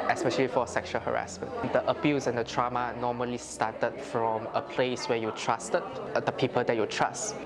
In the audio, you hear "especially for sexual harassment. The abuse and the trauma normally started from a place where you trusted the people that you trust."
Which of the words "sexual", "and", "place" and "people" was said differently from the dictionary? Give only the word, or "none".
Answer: none